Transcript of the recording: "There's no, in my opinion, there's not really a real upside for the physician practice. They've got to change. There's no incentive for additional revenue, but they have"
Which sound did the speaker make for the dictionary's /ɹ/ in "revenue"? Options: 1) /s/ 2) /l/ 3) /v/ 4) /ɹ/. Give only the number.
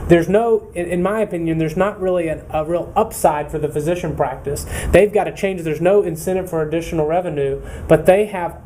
4